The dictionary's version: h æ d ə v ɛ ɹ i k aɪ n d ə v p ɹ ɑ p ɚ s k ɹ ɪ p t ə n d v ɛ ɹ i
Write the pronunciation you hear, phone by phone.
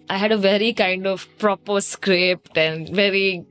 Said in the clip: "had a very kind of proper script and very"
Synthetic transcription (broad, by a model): h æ d ə v ɛ ɹ i k aɪ n d ə v p ɹ ɑ p ɚ s k ɹ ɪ p t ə n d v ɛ ɹ i